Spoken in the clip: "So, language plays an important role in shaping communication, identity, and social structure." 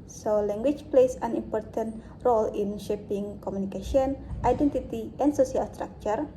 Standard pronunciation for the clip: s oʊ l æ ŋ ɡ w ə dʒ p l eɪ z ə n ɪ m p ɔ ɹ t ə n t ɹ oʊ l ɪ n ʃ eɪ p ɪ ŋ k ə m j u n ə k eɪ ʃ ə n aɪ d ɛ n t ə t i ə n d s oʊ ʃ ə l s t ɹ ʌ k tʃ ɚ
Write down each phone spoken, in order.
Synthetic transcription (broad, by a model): s oʊ l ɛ ŋ ɡ w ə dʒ p l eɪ s ə n ɪ m p ɔ ɹ t ə n t ɹ oʊ l ɪ n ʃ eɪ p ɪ ŋ k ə m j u n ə k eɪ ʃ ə n aɪ d ɛ n t ə t i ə n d s oʊ s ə l s t ɹ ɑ k tʃ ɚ